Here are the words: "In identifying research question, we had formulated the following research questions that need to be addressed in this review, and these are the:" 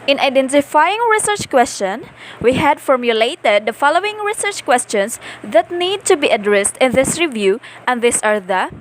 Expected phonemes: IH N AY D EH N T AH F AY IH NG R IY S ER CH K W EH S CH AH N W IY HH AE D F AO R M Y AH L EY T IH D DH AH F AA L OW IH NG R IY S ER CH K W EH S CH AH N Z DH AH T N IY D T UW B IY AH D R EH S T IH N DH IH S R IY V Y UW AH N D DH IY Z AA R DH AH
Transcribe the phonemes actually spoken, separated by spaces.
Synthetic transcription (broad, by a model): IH N AY D EH N T AH F AY IH NG R IY S ER CH K W EH S CH AH N W IY HH AE D F AO R M Y AH L EY T IH D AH F AA L OW IH NG R IY S ER CH K W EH S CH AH N S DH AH T N IY D T UW B IY AH D R EH S T IH N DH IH S R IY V Y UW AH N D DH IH S AA R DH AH